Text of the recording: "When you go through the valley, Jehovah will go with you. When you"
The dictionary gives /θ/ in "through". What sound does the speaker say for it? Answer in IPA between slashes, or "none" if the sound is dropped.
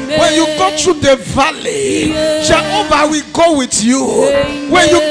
/t/